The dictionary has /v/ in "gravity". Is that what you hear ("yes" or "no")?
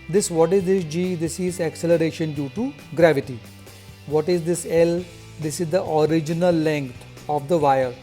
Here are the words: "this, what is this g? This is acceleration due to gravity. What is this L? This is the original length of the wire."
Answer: yes